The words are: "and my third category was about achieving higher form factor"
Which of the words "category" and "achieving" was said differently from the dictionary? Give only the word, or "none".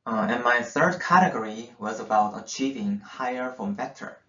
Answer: none